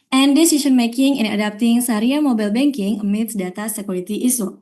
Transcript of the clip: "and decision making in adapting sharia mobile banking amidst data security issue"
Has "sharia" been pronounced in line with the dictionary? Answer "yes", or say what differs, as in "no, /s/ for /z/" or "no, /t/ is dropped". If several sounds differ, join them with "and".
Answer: no, /s/ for /ʃ/